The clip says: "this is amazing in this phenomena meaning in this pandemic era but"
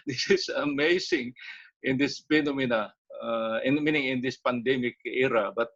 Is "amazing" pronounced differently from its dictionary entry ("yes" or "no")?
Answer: yes